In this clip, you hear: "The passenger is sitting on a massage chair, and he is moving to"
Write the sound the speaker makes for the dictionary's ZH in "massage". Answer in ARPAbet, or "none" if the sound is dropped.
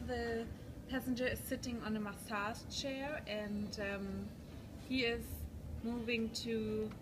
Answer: S